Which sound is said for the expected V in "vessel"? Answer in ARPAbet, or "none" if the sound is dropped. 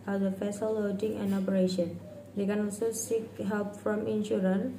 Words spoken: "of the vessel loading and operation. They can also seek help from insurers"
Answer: F